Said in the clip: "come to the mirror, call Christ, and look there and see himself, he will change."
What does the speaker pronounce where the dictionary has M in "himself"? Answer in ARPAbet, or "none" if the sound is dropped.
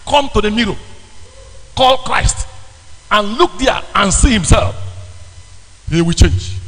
M